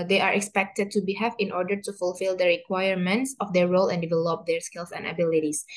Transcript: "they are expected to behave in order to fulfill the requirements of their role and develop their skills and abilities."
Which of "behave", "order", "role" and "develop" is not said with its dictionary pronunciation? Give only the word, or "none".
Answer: behave